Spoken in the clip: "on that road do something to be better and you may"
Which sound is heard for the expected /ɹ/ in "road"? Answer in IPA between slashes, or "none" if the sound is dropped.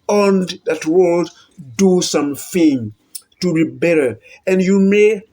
/w/